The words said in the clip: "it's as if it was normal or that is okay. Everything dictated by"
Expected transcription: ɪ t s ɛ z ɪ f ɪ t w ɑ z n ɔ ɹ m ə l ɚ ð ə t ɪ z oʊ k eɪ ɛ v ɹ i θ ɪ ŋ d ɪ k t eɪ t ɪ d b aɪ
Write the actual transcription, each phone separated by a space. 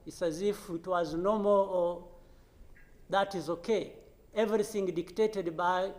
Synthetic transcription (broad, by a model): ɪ t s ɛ z ɪ f ɪ t w ɑ z n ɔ m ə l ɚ ð ə t ɪ z oʊ k eɪ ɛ v ɹ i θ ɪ ŋ d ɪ k t eɪ t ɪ d b aɪ